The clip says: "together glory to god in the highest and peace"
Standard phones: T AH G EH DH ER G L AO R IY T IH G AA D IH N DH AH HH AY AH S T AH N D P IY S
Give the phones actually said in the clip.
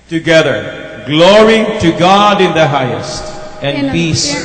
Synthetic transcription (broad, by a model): T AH G EH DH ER G L AO R IY T IH G AA D IH N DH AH HH AY AH S T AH N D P IY S